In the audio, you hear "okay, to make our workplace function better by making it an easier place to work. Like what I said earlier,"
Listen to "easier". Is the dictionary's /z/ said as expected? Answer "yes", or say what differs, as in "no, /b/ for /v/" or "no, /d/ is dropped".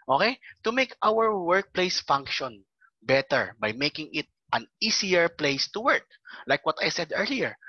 no, /s/ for /z/